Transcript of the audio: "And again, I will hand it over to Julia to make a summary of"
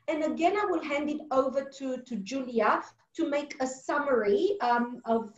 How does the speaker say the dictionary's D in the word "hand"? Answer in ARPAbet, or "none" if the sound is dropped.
D